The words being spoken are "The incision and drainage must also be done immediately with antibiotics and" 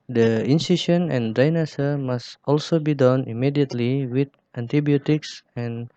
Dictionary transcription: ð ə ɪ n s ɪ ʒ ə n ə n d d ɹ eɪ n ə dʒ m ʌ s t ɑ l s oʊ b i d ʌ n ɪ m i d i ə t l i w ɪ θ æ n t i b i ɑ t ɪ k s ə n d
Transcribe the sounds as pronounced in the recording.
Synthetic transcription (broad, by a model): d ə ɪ n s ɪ ʃ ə n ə n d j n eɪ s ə m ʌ s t ɑ l s oʊ b i d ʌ n ɪ m i d i ə t l i w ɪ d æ n t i b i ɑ t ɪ k s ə n